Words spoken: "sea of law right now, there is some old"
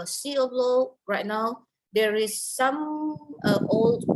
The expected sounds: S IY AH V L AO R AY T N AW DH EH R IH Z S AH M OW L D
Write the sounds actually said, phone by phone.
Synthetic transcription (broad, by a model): S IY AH B L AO R AY T N AW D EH R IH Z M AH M OW L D